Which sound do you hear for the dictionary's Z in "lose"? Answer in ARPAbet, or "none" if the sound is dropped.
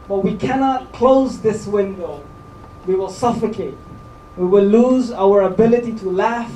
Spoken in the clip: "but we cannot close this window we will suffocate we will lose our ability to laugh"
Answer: Z